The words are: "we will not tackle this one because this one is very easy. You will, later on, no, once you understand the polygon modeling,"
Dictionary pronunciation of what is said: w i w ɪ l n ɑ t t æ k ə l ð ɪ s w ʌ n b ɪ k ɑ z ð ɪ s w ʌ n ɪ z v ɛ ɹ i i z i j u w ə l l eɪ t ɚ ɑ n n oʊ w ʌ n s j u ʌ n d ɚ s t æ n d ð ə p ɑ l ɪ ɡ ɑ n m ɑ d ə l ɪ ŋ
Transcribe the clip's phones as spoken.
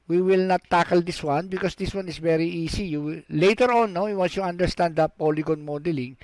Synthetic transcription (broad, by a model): w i w ɪ l n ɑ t t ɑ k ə l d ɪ s w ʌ n b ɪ k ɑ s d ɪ s w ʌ n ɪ s v ɛ ɹ i i s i j u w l l eɪ t ɚ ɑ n n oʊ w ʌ n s j u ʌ n d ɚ s t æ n d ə p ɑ l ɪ ɡ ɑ n m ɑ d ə l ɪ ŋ